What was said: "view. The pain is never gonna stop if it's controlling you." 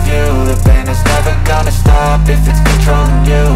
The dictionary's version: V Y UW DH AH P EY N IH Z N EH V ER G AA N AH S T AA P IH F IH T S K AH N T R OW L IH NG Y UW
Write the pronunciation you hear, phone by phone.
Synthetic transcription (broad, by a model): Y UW DH AH B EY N IH Z N EH V ER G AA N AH S T AA P IH F IH T S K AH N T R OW IH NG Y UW